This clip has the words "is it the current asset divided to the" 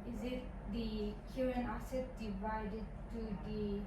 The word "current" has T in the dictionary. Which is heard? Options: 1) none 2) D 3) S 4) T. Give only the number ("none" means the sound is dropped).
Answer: 1